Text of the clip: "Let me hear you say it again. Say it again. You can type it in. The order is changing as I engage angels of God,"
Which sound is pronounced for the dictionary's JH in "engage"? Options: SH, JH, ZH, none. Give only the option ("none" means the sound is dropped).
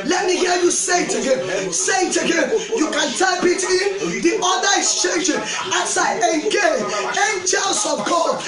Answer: none